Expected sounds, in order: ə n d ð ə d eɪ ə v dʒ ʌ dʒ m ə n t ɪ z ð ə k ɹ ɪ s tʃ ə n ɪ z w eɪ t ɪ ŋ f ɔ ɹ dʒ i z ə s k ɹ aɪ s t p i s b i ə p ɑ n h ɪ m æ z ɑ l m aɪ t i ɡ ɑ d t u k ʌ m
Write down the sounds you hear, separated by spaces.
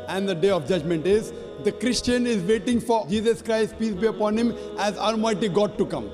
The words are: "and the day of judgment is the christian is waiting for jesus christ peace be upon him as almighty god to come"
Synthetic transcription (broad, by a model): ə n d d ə d eɪ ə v dʒ ʌ dʒ m ə n t ɪ z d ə k ɹ ɪ s tʃ ə n ɪ z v eɪ t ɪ ŋ f ɔ ɹ dʒ i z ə s k ɹ aɪ s t p i s b i ə p ɑ n h ɪ m æ z ɑ l m aɪ t i ɡ ɑ d t u k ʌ m